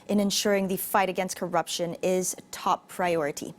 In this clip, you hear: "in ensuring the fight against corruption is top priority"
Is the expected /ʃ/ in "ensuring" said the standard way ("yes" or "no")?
yes